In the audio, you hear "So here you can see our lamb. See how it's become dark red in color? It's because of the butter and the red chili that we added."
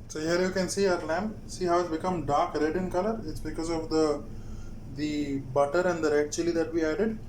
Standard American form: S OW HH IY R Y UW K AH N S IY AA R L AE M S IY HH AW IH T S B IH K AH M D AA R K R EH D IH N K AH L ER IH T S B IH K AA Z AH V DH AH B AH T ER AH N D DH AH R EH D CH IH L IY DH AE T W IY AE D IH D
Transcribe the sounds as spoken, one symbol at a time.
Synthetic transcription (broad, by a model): S OW HH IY R Y UW K AH N S IY AA R L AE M S IY HH AW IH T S B IH K AH M D AA R K R EH D IH N K AH L ER IH T S B IH K AA Z AH V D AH B AH T ER AH N D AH R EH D CH IH L IY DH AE T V IY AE D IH D